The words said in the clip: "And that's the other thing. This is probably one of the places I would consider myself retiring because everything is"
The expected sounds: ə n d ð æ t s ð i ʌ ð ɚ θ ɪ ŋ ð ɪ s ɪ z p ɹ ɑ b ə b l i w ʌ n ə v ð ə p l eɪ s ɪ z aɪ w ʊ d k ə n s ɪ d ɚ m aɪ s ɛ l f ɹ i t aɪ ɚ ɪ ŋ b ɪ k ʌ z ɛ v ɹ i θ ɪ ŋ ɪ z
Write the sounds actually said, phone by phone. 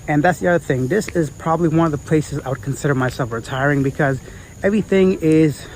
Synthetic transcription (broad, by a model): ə n ð æ t s ð i ʌ ð ɚ θ ɪ ŋ ð ɪ s ɪ z p ɹ ɑ b ə b l i w ʌ n ə v ð ə p l eɪ s ɪ z aɪ w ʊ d k n s ɪ d ɚ m aɪ s ɛ l f ɹ i t aɪ ɚ ɪ ŋ b ɪ k ʌ z ɛ v ɹ i θ ɪ ŋ ɪ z